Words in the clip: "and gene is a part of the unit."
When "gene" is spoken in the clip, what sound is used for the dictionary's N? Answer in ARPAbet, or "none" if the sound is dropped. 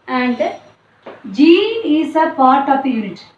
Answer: none